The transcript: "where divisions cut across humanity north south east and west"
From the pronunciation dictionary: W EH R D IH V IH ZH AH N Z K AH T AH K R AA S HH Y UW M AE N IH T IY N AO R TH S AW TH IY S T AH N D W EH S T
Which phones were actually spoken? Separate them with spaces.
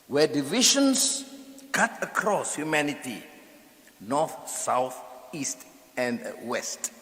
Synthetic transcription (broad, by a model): W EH D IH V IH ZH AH N S K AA T AH K R AA S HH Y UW M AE N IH T IY N AO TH S AW TH IY S T AH N D W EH S T